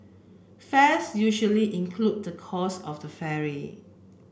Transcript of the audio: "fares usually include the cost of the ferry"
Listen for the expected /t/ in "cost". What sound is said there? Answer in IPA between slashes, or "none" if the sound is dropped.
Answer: none